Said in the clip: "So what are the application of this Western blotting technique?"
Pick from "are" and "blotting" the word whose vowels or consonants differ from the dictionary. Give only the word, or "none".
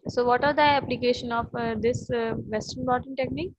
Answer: blotting